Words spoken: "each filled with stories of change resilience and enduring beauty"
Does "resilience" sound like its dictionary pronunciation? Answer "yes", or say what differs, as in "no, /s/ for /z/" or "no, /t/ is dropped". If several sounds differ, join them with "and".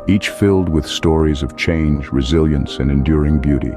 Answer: yes